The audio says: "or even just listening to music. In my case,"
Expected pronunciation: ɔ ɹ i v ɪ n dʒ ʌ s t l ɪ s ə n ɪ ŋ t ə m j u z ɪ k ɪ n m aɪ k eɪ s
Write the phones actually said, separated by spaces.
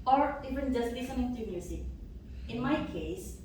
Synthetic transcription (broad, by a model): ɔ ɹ i v ɪ n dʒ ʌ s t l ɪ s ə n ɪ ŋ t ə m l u s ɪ ɪ n m aɪ k eɪ s